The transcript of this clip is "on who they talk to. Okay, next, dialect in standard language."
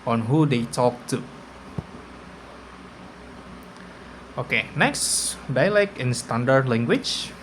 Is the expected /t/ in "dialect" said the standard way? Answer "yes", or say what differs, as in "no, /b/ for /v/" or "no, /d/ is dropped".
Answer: no, /t/ is dropped